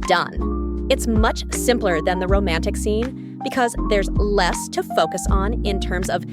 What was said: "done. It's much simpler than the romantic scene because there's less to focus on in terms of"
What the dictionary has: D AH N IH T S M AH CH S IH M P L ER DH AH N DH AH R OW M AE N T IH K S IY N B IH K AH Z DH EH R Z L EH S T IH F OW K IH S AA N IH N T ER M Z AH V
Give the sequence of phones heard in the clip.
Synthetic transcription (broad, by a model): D AH N IH T S M AH CH S IH M P L ER DH AH N DH AH R OW M AE N T IH K S IY N B IH K AH Z DH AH R Z L EH S T IH F OW K IH S N IH N T ER M Z AH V